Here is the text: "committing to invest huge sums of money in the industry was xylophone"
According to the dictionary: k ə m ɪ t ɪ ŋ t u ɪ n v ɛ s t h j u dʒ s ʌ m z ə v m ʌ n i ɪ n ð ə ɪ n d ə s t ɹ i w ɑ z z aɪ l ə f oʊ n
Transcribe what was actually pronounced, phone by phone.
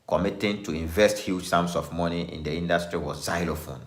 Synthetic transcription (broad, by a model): k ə m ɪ t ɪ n t u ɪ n v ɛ s t h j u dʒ s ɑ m s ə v m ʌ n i ɪ n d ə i n d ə s t ɹ i w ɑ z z aɪ l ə f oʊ n